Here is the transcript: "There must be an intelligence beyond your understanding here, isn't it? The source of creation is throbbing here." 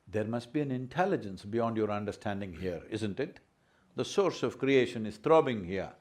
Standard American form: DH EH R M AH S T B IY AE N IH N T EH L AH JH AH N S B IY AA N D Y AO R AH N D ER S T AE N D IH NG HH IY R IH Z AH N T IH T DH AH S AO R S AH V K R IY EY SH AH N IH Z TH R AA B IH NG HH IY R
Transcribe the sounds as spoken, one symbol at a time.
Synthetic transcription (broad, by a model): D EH R M AH S T B IY AE N IH N T EH L AH JH AH N S B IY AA N D Y AO R AH N D ER S T AE N D IH NG HH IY R IH Z AH N T IH T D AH S AO R S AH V K R IY EY SH AH N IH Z T R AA B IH NG HH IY R